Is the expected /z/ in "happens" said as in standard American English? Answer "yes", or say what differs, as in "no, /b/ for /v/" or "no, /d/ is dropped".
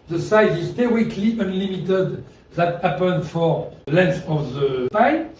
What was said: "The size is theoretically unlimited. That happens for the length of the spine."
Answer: no, /z/ is dropped